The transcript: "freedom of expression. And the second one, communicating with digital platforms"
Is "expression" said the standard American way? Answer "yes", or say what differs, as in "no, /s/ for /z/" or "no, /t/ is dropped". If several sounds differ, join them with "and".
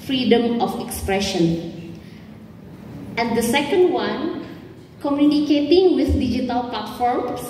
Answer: yes